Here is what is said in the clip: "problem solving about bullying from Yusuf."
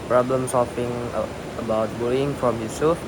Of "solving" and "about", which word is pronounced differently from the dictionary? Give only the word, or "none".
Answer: solving